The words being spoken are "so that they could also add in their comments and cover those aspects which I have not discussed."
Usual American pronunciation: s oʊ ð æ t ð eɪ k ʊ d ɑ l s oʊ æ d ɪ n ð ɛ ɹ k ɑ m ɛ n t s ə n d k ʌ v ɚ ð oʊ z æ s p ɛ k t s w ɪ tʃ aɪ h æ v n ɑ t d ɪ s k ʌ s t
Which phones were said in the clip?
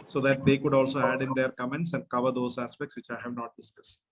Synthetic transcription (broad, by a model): s oʊ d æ t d eɪ k ʊ d ɑ l s oʊ æ d ɪ n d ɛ ɹ k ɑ m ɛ n t s ə n d k ʌ v ɚ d oʊ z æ s p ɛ k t s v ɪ tʃ aɪ h æ v n ɑ t d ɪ s k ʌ s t